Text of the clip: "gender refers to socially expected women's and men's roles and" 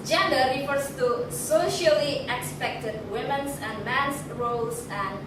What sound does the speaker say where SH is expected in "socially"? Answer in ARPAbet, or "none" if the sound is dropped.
SH